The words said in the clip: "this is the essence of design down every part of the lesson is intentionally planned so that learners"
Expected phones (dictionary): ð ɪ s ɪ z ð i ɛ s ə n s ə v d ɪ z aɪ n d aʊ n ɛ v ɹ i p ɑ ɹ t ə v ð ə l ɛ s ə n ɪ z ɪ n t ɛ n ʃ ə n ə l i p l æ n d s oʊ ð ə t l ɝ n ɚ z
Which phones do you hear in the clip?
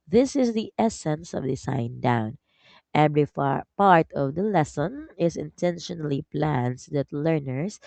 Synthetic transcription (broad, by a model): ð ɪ s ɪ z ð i ɛ s ə n s ə v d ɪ s aɪ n d aʊ n ɛ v ɹ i p ɑ ɹ t ə v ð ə l ɛ s ə n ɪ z ɪ n t ɛ n ʃ ə n ə l i p l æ n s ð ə t l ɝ n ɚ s